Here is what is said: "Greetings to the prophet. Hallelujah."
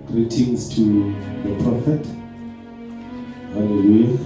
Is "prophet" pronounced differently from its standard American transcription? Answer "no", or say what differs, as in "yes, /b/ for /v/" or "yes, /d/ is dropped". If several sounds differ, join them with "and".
no